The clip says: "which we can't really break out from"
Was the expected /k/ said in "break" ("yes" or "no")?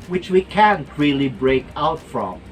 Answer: yes